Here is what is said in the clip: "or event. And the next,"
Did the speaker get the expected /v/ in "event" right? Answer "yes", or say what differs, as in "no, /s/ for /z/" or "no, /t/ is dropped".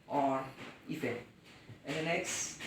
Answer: no, /f/ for /v/